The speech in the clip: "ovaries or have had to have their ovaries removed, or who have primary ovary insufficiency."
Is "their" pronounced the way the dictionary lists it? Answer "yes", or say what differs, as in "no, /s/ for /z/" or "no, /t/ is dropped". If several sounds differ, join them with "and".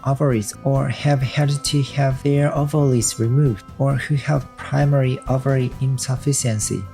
yes